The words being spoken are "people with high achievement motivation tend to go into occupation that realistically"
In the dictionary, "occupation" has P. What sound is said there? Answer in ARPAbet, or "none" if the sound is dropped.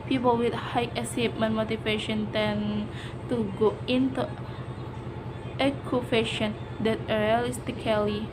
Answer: F